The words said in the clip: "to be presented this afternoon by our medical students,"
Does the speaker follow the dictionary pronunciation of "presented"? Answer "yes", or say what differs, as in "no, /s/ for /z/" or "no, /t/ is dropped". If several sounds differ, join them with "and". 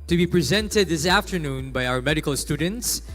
yes